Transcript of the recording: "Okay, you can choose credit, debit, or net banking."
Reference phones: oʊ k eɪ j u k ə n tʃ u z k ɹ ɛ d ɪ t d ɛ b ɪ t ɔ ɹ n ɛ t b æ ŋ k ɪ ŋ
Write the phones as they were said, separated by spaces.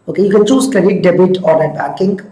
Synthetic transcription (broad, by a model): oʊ k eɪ j u k ə n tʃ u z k ɛ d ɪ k d ɛ b ɪ t ɔ ɹ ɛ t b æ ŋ k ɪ ŋ